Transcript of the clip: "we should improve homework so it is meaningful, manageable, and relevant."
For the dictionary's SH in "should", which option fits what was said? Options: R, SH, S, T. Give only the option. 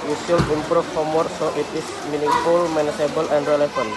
S